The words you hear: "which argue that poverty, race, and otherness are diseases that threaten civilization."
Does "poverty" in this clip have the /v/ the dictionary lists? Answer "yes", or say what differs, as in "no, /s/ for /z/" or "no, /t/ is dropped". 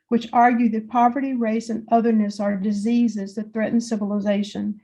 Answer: yes